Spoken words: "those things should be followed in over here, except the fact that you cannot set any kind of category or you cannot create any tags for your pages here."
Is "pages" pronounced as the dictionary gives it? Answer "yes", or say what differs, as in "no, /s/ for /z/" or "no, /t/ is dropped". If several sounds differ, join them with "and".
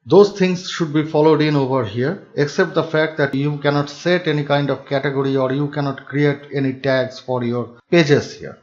no, /s/ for /z/